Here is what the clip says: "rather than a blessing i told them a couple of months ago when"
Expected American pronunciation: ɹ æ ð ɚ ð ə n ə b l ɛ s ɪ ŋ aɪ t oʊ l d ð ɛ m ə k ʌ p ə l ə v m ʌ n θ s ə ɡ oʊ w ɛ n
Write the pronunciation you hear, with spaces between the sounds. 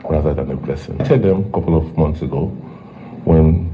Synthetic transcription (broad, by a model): ɹ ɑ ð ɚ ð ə n ə b l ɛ s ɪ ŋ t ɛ d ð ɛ m ə k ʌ p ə l ə v m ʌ n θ s ə ɡ oʊ w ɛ n